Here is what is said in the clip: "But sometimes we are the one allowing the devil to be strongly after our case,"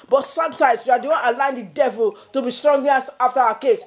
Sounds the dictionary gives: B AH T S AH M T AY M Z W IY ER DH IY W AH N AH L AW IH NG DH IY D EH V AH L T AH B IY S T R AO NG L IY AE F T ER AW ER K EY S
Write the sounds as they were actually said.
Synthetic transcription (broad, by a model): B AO T S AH M T AY M S W IY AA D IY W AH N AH L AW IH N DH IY D EH V AH L T AH B IY S T R AO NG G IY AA F T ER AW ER K EY S